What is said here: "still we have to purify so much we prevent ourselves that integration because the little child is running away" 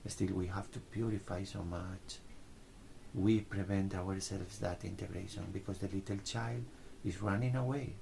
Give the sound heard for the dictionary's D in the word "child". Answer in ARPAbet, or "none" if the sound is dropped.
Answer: D